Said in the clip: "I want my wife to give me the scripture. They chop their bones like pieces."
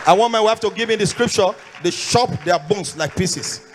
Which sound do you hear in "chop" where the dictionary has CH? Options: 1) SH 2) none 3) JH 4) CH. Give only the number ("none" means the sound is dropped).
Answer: 1